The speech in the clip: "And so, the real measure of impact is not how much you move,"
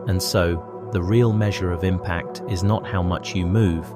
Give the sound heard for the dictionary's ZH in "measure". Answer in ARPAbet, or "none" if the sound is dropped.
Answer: ZH